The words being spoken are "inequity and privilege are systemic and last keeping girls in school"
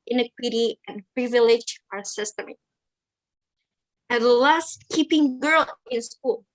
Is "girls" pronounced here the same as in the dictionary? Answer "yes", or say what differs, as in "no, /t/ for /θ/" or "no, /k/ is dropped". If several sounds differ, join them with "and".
no, /z/ is dropped